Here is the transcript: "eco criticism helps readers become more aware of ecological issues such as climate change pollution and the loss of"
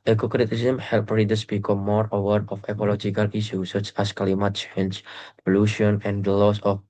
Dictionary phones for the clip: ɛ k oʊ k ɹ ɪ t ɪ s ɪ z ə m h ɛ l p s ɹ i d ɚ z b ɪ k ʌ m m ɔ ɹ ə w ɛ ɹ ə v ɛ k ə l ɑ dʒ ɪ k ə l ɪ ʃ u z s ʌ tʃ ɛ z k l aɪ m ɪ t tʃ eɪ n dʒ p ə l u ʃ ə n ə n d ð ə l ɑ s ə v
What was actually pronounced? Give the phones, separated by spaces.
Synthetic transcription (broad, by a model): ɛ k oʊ k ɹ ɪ t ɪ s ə m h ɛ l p ɹ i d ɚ s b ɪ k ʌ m m ɔ ɹ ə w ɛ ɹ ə f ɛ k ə l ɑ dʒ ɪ k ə l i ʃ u s ʌ tʃ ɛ s k l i m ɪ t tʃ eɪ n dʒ p ə l u ʃ ə n ə n d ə l ɑ s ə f